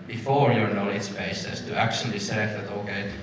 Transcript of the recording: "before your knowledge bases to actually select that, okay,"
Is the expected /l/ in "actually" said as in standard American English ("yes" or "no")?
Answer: no